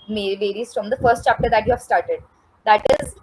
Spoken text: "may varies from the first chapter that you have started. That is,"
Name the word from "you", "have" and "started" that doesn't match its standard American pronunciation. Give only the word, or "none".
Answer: none